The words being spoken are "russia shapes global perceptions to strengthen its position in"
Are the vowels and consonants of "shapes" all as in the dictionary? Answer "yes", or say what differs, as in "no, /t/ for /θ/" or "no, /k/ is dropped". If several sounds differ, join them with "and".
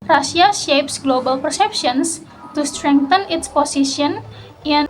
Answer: yes